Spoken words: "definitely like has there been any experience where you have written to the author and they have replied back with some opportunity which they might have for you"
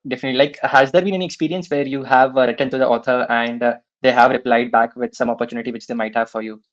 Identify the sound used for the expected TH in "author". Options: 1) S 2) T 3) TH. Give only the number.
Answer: 2